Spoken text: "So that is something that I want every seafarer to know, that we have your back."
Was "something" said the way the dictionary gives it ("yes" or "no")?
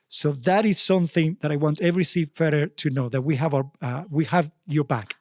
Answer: yes